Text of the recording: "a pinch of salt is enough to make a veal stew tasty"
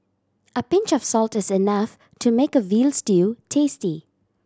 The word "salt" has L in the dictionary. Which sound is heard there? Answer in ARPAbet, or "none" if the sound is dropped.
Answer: L